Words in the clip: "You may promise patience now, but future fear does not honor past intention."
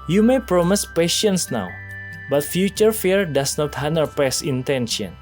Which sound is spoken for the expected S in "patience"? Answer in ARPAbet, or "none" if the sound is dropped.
S